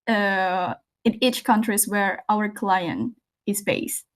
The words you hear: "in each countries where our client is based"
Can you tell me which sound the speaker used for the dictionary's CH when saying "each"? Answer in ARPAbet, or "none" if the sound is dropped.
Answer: CH